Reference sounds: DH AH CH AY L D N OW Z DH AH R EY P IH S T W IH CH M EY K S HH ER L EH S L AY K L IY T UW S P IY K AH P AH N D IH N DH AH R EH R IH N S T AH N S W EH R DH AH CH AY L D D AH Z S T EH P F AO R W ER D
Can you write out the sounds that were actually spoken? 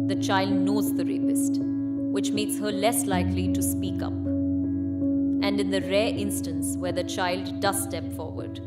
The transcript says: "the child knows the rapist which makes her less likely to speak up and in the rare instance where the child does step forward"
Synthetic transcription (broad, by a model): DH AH CH AY L D N OW Z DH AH R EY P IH S T W IH CH M EY K S HH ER L EH S L AY K L IY T UW S P IY K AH P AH N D IH N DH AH R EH R IH N S T AH N S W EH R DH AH CH AY L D D AH Z S T EH P F AO R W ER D